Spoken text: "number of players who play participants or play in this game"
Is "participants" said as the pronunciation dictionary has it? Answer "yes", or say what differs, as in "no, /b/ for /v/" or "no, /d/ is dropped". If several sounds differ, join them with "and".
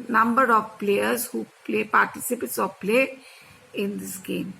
no, /n/ is dropped